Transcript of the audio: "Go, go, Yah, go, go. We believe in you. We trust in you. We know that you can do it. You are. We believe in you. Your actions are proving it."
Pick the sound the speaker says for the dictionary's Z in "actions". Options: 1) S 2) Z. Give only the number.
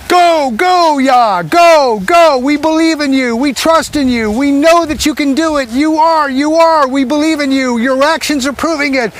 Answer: 2